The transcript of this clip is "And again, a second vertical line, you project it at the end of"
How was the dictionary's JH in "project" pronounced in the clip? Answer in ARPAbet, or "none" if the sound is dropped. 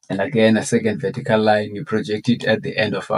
JH